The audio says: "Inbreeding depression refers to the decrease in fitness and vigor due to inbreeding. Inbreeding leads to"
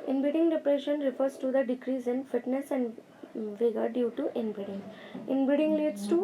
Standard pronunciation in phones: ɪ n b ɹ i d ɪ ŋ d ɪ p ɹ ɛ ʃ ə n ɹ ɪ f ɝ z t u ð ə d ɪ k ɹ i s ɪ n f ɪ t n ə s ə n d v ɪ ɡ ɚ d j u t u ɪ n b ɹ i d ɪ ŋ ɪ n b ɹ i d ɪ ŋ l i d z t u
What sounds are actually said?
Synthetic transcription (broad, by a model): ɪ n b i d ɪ ŋ d ɪ p ɹ ɛ ʃ ə n ɹ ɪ f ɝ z t u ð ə d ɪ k ɹ i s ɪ n f ɪ t n ə s ə n d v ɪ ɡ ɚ d j u t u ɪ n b i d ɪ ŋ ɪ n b i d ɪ ŋ l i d s t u